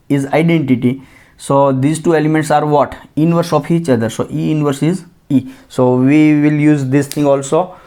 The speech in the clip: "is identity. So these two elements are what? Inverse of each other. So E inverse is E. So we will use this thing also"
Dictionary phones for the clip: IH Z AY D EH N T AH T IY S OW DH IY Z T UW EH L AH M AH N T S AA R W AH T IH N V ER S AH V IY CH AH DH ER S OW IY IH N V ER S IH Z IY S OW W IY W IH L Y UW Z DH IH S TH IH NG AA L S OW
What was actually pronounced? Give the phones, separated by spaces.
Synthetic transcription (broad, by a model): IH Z AY D EH N T AH T IY S OW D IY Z T UW EH L AH M AH N T S AA R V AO T IH N V ER S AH F IY CH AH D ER S OW IY IH N V ER S IH Z IY S OW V IY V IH L Y UW Z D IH S T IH NG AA L S OW